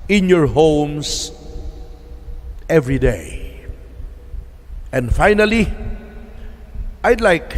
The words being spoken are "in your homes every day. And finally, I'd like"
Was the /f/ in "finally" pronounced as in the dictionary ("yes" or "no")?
yes